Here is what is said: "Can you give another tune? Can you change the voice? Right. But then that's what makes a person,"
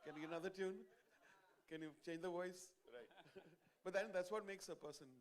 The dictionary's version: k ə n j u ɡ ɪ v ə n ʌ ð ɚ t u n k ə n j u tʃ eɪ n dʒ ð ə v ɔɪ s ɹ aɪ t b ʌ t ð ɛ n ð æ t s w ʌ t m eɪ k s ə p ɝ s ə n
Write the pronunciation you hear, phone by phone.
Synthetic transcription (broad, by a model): k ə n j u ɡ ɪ ə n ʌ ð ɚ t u n k ə n j u tʃ eɪ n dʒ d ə v ɔɪ s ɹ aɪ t b ʌ t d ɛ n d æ t s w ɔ t m eɪ k s ə p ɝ s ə n